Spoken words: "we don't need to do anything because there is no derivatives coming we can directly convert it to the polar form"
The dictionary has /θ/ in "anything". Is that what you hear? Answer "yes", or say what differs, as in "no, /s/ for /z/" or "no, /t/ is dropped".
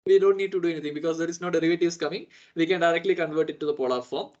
no, /t/ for /θ/